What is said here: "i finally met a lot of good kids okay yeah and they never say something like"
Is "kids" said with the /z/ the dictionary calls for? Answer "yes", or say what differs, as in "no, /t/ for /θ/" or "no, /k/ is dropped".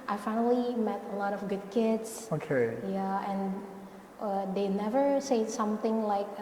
no, /s/ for /z/